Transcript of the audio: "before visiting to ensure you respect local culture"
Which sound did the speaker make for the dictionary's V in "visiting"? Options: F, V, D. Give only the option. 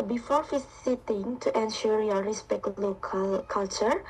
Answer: F